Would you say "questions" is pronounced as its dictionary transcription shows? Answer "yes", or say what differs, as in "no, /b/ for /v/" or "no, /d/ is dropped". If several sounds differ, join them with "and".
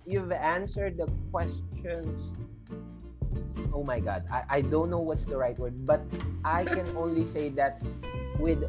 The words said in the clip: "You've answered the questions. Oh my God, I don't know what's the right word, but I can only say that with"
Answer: no, /s/ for /z/